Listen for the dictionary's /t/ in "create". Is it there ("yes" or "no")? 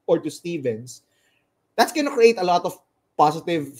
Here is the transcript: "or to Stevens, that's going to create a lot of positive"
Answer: yes